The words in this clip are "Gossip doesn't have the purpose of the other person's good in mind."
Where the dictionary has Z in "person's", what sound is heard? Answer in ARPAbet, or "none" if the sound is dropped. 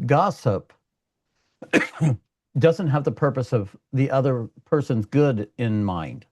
Z